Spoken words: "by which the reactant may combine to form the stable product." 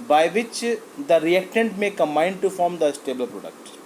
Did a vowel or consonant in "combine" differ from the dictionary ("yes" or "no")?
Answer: yes